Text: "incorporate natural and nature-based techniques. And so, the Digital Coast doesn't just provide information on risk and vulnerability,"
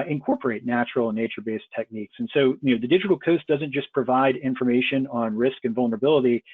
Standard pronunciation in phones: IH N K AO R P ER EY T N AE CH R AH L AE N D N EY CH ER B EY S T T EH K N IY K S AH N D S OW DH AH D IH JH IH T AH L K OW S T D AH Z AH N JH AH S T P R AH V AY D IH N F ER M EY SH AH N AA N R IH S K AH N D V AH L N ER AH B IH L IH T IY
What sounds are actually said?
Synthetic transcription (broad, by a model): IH N K AO R P ER EY T N AE CH R L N N EY CH ER B EY S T T EH K N IY K S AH N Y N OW DH AH D IH JH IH T L K OW S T D AH Z AH N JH AH S P R AH V AY D IH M F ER M EY SH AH N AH N R IH S K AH N V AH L N ER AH B IH L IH T IY